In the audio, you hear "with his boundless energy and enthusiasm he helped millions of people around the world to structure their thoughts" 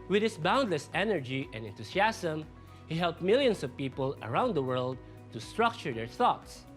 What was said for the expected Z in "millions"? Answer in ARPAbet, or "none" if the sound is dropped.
S